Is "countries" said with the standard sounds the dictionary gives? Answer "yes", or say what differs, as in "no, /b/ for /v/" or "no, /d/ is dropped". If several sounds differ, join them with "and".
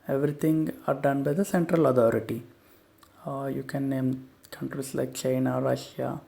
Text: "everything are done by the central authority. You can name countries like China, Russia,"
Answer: no, /s/ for /z/